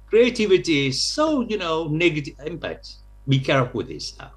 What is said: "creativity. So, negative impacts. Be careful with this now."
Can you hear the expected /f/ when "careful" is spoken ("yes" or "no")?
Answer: no